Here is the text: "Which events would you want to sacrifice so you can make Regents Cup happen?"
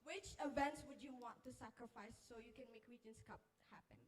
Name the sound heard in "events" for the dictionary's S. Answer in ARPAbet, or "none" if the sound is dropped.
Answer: S